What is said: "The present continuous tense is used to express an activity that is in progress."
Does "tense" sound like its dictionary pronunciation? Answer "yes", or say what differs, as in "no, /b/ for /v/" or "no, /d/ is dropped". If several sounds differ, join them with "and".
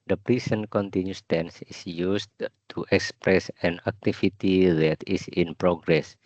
yes